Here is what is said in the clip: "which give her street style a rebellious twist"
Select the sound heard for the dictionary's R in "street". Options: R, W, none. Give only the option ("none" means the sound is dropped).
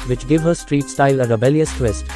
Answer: R